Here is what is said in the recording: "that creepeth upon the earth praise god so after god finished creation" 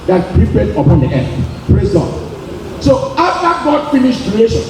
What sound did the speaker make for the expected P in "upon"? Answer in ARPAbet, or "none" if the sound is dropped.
P